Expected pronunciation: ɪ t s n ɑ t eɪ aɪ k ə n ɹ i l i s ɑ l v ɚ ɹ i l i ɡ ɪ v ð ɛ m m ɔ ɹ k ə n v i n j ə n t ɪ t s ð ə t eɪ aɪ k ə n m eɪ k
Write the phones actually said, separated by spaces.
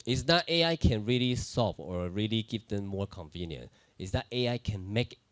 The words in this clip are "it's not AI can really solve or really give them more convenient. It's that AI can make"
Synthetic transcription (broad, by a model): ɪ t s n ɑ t eɪ aɪ k ə n ɹ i l i s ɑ v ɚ ɹ i l i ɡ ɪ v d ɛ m m ɔ ɹ k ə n v i n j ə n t ɪ t s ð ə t eɪ aɪ k ə n m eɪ k